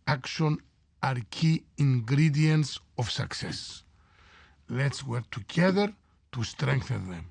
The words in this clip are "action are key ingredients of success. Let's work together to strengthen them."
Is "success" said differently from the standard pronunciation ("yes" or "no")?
no